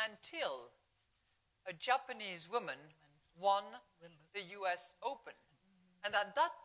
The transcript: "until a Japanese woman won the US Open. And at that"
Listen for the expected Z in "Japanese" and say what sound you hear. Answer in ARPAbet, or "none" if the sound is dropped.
Z